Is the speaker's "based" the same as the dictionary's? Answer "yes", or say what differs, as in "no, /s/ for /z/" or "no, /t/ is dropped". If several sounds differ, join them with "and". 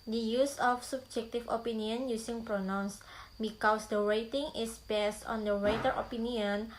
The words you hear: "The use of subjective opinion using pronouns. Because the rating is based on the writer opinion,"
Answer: yes